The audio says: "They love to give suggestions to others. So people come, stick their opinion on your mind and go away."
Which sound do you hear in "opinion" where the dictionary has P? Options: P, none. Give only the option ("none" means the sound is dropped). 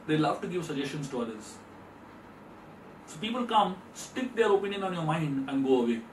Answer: P